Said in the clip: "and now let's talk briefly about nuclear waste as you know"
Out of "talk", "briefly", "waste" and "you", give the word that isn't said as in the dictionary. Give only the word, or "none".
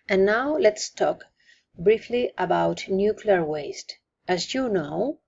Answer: none